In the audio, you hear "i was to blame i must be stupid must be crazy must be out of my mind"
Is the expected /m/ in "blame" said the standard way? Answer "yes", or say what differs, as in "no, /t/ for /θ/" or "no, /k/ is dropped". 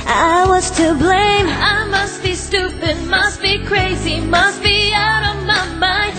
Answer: yes